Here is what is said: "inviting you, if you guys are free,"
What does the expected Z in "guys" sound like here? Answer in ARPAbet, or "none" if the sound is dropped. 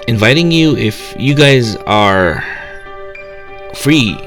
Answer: Z